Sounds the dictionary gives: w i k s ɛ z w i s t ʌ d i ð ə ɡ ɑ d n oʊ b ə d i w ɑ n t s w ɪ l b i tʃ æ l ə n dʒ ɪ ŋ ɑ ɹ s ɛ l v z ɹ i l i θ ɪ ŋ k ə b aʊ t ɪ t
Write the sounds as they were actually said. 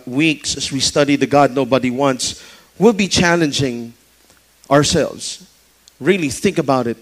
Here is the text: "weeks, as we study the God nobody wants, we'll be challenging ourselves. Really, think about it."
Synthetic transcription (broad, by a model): w i k s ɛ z w i s t ʌ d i ð ə ɡ ɑ d n oʊ b ə d i w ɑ n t s w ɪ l b i tʃ æ l ə n dʒ ɪ ŋ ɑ ɹ s ɛ l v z ɹ i l i θ ɪ ŋ k ə b aʊ t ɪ t